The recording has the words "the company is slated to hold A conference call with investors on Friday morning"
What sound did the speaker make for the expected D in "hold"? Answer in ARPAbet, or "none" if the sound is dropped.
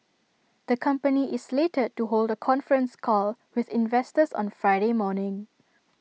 D